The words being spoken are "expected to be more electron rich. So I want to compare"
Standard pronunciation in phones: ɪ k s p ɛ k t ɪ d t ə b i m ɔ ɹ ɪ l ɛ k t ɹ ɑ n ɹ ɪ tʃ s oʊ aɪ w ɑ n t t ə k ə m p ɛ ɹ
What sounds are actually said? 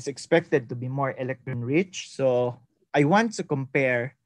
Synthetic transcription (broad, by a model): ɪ k s p ɛ k t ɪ d t ə b i m ɔ ɹ ɪ l ɛ k t ɹ ɑ n ɹ ɪ tʃ s oʊ aɪ w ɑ n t t ə k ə m p ɛ ɹ